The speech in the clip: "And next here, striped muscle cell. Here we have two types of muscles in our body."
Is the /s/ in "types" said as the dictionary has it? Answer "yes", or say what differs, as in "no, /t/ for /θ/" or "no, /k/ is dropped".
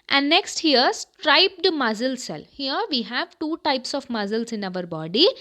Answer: yes